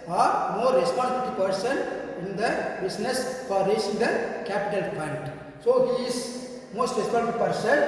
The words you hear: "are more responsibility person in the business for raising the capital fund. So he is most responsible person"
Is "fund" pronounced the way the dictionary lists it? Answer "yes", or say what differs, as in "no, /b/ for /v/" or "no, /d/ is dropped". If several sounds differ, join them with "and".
no, /p/ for /f/